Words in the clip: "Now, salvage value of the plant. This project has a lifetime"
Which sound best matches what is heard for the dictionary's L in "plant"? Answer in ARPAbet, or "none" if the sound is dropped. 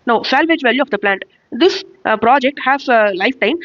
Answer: L